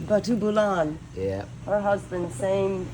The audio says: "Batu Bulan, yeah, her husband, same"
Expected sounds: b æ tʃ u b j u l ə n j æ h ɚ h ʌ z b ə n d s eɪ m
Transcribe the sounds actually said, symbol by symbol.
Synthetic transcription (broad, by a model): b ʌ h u b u l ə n j æ h ɚ h ʌ z b ə n d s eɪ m